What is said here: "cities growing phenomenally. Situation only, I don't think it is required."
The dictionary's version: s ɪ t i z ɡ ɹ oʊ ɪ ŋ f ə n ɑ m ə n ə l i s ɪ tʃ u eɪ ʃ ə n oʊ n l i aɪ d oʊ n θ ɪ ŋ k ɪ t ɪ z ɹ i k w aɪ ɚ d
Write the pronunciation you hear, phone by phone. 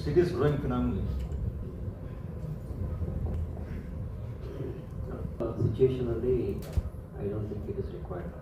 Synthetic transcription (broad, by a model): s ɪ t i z ɡ ɹ oʊ ɪ ŋ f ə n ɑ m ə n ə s s ɪ tʃ u eɪ ʃ ə n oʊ l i aɪ d oʊ n t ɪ ŋ k ɪ t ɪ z ɹ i k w aɪ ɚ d